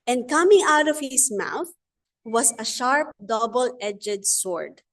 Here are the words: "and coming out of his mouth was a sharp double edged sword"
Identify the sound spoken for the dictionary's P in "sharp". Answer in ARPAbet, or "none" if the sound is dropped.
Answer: P